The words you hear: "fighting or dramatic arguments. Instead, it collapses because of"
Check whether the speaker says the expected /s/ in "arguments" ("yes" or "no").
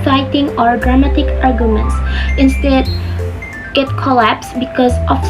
yes